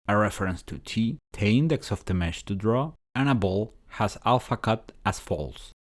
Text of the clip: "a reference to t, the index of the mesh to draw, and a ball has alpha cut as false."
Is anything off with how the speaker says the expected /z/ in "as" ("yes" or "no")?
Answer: yes